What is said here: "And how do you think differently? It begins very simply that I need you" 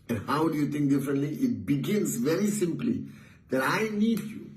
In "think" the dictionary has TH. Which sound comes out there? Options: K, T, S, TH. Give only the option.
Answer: T